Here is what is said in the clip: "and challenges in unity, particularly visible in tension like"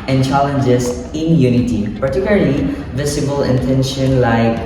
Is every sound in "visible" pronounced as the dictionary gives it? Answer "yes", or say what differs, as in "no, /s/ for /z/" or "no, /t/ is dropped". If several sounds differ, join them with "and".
no, /s/ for /z/